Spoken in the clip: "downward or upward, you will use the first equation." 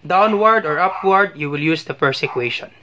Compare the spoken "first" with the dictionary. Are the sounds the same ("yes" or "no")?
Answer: no